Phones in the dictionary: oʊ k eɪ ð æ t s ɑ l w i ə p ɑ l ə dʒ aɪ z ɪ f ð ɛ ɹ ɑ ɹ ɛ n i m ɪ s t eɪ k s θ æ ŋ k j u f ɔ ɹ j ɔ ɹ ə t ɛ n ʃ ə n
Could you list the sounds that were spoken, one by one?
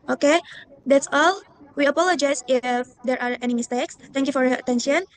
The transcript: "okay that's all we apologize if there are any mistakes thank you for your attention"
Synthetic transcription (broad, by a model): oʊ k eɪ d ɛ t s ɑ l w i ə p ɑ l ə dʒ aɪ s ɪ f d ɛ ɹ ɑ ɹ ɛ n i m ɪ s t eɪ k s t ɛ ŋ k j u f ɔ ɹ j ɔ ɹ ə t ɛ n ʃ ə n